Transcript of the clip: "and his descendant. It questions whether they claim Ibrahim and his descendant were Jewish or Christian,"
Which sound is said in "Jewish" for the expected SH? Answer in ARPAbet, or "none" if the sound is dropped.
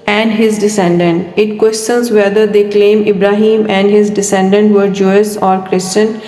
S